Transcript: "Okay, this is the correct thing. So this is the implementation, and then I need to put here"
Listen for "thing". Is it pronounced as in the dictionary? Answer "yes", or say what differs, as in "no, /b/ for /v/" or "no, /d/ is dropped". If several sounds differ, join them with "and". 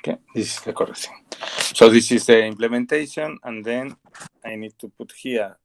no, /s/ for /θ/